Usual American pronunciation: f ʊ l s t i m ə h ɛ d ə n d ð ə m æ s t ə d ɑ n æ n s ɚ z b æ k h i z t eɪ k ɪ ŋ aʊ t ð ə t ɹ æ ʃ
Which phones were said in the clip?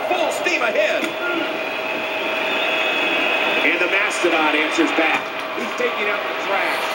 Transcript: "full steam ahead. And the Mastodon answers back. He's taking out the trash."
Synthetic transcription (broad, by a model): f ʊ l s t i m ə h ɛ d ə n ð ə m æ s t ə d ɑ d æ n s ɚ z b æ k h i z t eɪ k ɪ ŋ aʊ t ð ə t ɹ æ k